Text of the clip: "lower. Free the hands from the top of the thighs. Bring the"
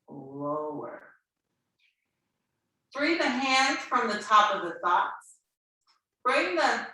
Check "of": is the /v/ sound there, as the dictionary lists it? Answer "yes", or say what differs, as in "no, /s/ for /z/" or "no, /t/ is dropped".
yes